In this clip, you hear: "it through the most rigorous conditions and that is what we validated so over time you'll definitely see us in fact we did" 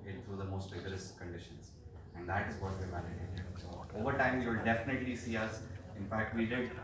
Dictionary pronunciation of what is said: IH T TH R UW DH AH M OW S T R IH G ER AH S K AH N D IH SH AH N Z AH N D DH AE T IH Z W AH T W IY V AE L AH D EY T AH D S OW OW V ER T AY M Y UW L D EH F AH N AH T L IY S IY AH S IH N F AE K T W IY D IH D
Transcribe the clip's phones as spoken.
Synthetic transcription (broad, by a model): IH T T R UW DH AH M OW S T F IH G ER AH S K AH N D IH SH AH N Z AH N D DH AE T IH Z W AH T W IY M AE N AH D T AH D S OW OW V ER T AY M Y UW L D EH F AH N AH T L IY S IY AH S IH N F AE K T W IY D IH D